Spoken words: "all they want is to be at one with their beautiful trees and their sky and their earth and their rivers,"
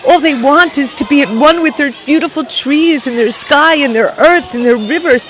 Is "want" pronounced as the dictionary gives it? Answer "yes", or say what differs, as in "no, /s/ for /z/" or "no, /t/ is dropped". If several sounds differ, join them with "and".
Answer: yes